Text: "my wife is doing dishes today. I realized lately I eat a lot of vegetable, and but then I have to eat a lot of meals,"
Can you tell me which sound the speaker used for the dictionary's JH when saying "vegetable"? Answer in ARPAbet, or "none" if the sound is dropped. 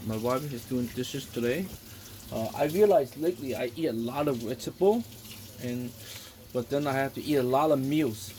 none